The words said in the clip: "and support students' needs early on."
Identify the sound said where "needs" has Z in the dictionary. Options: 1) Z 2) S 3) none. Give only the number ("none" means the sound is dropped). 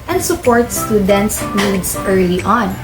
2